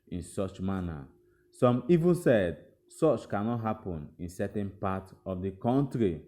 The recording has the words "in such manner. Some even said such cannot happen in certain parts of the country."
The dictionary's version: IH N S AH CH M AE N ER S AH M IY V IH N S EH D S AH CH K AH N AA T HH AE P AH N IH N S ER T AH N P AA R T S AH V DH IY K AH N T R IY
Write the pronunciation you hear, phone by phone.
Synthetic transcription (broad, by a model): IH N S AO CH M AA N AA S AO M IY V IH N S EH D S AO CH K AH N AA T HH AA P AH N IH N S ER T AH N P AA T AH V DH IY K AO N T R IY